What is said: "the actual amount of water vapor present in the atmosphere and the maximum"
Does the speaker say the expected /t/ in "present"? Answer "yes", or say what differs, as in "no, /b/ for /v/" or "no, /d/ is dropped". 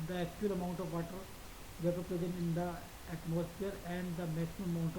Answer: no, /t/ is dropped